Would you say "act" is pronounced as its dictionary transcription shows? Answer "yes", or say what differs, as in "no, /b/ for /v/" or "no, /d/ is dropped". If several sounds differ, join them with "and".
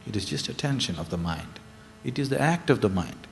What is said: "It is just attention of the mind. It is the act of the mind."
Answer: yes